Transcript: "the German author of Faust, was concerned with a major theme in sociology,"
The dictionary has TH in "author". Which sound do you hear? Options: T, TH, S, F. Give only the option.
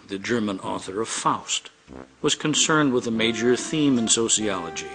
TH